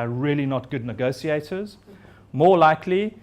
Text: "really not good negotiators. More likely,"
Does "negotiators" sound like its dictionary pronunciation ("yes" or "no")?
no